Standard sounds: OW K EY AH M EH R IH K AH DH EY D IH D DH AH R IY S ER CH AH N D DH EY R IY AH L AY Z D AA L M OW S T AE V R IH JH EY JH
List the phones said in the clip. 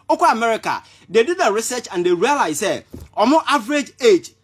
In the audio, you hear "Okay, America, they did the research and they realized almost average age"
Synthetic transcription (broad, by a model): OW K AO AH M EH R IH K AH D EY D IH D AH R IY S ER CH AH N D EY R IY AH L AY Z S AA M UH T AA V R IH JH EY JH